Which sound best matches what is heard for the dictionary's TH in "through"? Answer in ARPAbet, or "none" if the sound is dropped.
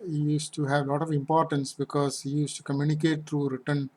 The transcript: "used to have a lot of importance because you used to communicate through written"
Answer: T